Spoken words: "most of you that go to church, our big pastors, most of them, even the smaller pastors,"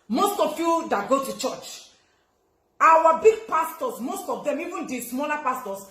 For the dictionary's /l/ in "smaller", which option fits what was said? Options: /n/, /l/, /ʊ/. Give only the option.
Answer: /n/